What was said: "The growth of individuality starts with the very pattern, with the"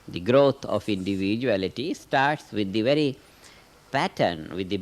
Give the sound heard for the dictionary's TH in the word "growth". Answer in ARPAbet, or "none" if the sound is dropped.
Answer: T